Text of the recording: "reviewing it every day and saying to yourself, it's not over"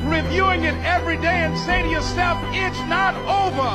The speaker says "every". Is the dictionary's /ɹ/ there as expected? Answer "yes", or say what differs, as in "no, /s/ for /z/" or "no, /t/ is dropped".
yes